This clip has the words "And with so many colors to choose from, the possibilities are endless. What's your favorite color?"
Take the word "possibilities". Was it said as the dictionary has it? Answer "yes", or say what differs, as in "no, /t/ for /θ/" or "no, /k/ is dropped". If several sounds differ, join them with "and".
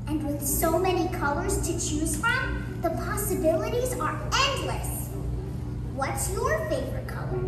yes